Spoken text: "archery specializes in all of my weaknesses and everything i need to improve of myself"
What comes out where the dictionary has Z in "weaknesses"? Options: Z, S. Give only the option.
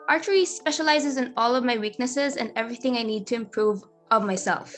Z